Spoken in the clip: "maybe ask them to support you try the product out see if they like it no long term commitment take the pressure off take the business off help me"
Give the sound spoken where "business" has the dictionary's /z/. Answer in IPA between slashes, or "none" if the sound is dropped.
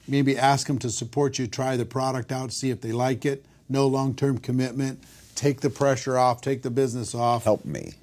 /z/